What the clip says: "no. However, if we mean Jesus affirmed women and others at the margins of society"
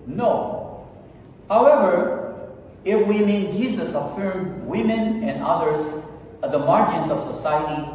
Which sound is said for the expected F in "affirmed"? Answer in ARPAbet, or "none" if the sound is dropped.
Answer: F